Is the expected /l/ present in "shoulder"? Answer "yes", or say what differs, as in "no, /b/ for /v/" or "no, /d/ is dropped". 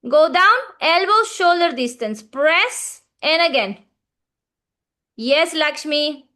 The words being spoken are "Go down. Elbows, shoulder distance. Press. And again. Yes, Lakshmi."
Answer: yes